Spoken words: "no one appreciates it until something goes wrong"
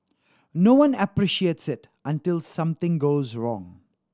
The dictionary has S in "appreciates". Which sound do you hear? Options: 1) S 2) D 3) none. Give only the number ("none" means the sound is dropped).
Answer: 1